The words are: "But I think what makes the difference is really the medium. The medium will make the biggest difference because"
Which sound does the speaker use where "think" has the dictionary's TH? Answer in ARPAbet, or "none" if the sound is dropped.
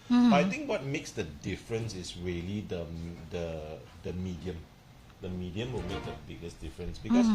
T